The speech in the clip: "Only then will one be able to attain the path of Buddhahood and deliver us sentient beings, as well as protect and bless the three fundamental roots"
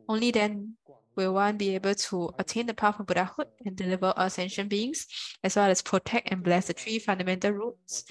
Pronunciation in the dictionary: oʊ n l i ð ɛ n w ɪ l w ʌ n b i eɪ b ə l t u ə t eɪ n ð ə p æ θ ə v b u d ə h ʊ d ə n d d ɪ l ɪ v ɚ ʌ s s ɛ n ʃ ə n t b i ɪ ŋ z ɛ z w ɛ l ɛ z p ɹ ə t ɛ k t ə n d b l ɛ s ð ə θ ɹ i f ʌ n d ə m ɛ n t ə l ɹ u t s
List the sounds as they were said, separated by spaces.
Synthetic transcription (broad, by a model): oʊ n l i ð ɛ n w ɪ l w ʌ n b i eɪ b ə l t u ə t eɪ n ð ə p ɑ f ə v b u d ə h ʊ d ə n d d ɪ l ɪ v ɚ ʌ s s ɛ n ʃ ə n b i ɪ ŋ s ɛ s w ɛ l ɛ s p ɹ ə t ɛ k t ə n b l ɛ s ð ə t ɹ i f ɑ n d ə m ɛ n t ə l ɹ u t s